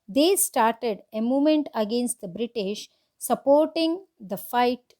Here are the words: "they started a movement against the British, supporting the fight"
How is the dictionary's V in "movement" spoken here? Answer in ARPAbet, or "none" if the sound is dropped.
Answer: none